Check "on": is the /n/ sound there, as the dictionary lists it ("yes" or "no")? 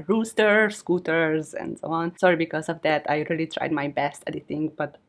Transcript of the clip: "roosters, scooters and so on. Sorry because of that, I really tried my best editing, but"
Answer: yes